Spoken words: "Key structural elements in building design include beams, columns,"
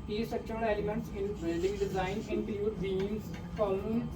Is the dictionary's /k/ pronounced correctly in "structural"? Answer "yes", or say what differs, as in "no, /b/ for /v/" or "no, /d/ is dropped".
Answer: no, /k/ is dropped